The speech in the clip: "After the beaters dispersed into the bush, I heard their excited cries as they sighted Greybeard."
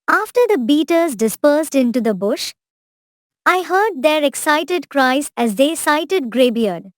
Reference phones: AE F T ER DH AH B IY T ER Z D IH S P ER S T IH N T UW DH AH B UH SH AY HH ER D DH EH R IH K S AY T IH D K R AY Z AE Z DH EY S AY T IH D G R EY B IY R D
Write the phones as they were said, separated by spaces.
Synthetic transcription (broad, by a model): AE F T ER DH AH B IY T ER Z D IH S P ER S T IH N T UW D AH B UH SH AY HH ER D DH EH R IH K S AY T IH D K R AY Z AE Z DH EY S AY T IH D G R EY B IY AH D